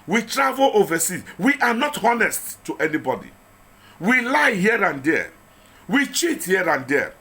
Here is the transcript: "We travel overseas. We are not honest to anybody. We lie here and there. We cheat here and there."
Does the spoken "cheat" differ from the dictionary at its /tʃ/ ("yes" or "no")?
no